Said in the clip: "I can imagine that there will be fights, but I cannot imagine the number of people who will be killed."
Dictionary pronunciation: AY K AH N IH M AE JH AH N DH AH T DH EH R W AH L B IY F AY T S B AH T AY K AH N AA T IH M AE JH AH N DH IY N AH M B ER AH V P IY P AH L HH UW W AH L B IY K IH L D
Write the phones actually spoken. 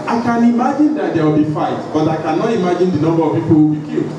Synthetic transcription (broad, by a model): AY K AH N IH M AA JH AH N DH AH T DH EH W AH L B IY F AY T B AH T AY K AH N AA T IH M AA JH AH N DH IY N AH M B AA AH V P IY P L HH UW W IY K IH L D